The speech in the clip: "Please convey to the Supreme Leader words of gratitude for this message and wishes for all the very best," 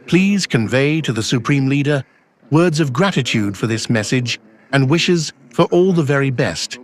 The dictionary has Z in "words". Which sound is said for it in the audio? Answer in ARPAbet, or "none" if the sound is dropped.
Z